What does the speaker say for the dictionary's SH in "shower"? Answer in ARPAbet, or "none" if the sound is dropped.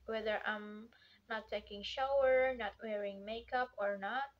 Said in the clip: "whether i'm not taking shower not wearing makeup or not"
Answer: SH